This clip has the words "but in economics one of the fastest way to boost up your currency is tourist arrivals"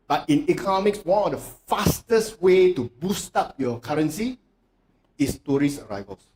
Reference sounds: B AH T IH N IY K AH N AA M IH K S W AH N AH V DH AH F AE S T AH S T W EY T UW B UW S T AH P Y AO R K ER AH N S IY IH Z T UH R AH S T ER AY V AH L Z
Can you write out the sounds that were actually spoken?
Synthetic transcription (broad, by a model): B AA T IH N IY K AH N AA M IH K S W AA N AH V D AH F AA S T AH S T W EY T UW B UW S T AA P Y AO K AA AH N S IY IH S T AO R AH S ER AY V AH L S